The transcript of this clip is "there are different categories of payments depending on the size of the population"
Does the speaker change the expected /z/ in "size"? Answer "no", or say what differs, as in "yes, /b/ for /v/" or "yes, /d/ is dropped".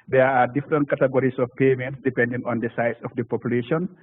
yes, /s/ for /z/